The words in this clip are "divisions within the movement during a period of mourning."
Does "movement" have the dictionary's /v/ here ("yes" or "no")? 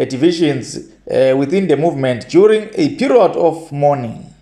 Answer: yes